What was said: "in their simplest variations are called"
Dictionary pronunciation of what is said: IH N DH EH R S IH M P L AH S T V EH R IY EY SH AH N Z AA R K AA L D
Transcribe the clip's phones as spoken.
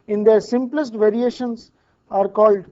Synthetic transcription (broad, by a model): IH N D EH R S IH M P L AH S T V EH R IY EY SH AH N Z AA R K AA L D